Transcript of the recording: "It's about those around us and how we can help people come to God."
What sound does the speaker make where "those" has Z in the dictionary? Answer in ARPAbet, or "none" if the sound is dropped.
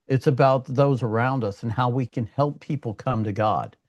Z